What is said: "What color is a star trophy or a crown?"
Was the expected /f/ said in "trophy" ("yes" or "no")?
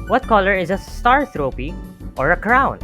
no